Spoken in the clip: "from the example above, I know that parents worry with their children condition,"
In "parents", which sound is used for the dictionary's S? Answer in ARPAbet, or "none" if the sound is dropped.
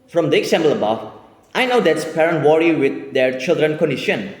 none